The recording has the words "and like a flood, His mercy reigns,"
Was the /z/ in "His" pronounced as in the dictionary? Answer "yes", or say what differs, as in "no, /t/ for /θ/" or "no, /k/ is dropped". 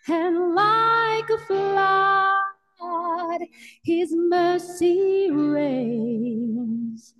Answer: yes